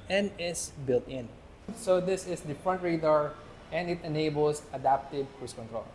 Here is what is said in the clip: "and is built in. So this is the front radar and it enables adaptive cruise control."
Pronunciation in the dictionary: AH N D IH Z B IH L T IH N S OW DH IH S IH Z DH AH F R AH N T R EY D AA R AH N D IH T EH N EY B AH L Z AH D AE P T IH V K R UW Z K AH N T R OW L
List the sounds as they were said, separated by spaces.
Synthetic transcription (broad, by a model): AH N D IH S B IH L T IH N S OW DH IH S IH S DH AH F R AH N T R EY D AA R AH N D IH T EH N EY B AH L S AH D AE P T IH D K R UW S K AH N T R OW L